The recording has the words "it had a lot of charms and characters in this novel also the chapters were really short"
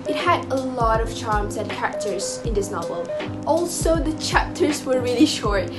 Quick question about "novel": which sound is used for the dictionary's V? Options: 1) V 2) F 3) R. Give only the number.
1